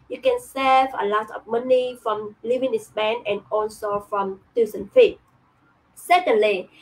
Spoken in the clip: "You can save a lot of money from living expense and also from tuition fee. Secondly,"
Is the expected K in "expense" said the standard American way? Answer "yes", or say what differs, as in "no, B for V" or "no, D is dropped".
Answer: no, K is dropped